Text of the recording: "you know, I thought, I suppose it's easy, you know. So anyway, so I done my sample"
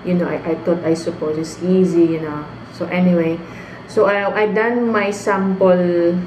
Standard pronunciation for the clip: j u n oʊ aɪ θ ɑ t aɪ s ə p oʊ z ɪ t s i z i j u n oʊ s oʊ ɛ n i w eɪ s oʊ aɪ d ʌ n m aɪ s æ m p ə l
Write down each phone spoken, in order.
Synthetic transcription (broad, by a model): j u n oʊ aɪ t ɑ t aɪ s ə p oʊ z ɪ t s i z i j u n oʊ s oʊ ɛ n i w eɪ s oʊ aɪ d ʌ n m aɪ s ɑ m p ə l